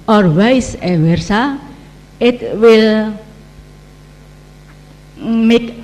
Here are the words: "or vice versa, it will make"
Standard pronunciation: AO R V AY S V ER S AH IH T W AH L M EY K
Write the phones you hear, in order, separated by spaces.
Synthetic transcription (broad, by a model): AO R W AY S W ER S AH IH T W AH L M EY K